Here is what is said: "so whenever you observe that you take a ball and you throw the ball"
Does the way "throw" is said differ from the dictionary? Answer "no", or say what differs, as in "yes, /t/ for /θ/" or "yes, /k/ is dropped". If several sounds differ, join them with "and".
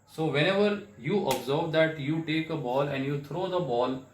yes, /t/ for /θ/